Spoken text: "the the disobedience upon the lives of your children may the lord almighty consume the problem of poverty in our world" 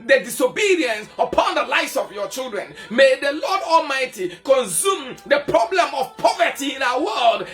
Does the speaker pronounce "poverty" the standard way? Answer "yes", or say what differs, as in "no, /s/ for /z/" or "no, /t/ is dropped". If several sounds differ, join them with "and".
yes